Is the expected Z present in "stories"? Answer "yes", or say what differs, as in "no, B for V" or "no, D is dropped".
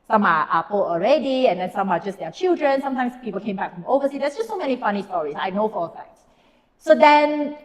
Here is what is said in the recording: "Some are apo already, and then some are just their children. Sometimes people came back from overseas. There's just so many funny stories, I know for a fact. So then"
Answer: no, S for Z